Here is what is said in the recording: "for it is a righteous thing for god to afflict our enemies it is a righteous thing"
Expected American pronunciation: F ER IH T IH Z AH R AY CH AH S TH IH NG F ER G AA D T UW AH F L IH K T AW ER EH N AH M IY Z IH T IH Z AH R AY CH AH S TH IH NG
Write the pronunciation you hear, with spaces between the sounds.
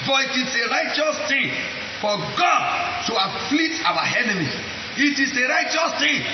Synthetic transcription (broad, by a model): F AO IH T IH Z AH R AY CH AH S T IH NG F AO G AA D T UW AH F L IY T AW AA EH N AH M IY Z IH T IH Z AH R AY CH AH S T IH